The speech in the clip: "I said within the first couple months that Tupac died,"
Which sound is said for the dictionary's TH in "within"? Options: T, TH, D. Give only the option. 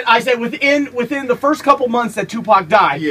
TH